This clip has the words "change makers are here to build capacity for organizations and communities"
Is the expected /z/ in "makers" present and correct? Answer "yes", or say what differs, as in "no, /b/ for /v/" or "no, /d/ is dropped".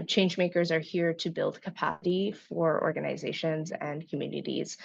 yes